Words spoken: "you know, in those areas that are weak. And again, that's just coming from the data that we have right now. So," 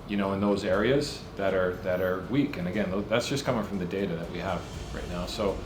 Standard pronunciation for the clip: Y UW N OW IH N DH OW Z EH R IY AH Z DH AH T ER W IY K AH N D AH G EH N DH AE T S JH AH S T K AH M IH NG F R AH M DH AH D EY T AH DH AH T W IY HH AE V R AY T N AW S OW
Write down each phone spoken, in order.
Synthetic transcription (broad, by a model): Y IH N OW IH N DH OW Z EH R IY AH Z DH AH T ER W IY K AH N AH G EH N DH AE T S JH AH S K AH M IH NG F R AH M DH AH D EY T AH DH AH T W IY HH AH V R AY T N AW S OW